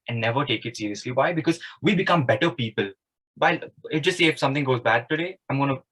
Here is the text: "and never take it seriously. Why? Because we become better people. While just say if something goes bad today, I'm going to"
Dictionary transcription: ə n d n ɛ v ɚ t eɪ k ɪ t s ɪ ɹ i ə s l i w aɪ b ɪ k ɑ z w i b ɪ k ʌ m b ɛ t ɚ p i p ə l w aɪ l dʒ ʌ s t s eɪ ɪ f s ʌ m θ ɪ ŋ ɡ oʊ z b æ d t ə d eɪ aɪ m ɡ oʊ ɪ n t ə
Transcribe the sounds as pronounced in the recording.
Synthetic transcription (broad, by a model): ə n n ɛ v ɚ t eɪ k ɪ t s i ɹ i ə s l i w aɪ b ɪ k ɑ z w i b ɪ k ʌ m b ɛ t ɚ p i p ə l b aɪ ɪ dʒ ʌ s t s eɪ ɪ f s ʌ m t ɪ ŋ ɡ oʊ z b æ d t ə d eɪ aɪ m ɡ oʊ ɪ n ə